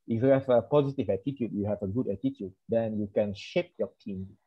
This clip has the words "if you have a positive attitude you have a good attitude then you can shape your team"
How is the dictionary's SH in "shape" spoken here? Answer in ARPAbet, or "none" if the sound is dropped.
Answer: SH